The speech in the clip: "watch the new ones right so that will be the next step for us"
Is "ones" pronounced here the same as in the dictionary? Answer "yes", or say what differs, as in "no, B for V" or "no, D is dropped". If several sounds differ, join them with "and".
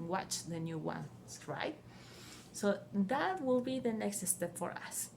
no, Z is dropped